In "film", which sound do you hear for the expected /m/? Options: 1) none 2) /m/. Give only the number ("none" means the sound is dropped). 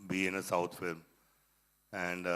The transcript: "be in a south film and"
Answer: 2